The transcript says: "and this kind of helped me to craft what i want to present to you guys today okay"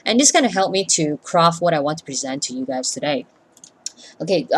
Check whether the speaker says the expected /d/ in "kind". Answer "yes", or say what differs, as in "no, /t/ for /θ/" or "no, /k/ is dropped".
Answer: no, /d/ is dropped